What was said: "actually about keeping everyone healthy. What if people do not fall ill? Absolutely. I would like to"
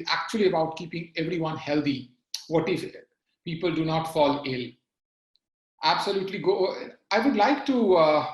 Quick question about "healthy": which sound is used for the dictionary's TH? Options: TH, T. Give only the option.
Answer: T